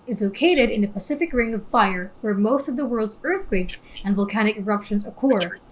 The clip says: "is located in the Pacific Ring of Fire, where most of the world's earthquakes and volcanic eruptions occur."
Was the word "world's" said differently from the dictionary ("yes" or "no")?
no